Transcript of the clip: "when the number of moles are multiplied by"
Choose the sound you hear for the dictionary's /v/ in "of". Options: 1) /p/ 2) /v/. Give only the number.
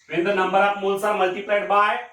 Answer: 1